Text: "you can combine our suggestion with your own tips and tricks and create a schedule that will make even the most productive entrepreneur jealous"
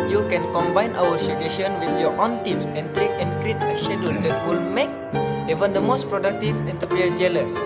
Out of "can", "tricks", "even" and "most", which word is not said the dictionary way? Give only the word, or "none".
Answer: tricks